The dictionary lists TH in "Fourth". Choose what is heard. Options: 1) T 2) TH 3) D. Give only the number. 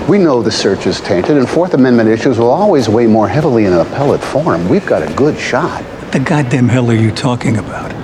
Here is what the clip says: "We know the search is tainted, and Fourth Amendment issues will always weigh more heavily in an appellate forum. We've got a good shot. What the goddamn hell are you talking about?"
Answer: 2